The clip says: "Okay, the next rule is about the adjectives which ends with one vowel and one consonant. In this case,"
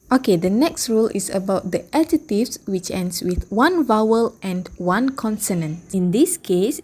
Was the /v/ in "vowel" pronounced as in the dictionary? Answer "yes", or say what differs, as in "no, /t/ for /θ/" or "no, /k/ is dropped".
yes